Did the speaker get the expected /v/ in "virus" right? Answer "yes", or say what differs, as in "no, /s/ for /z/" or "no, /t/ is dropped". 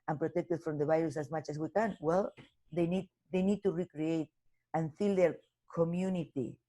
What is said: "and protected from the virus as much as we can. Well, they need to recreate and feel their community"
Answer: no, /b/ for /v/